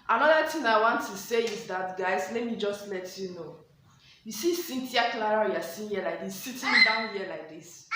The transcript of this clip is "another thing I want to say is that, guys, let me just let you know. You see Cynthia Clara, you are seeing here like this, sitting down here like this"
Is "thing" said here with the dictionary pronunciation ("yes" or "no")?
no